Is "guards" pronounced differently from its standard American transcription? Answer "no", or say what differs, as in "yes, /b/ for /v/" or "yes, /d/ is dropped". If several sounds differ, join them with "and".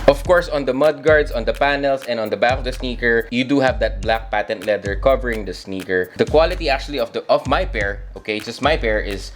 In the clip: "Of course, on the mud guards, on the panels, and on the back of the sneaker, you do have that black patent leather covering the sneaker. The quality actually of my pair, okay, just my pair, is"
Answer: yes, /s/ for /z/